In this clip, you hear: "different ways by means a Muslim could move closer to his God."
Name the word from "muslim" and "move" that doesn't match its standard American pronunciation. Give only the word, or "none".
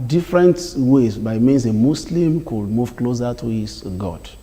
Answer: muslim